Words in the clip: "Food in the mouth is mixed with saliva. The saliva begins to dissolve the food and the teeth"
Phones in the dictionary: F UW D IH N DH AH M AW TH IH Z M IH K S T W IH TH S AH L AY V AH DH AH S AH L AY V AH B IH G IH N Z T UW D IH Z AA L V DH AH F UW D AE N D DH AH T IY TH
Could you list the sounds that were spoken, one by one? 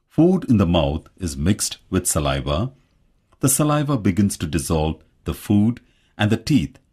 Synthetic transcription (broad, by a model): F UW D IH N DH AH M AW T IH Z M IH K S T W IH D S AH L AY V AH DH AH S AH L AY V AH B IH G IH N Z T UW D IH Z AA L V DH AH F UW D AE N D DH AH T IY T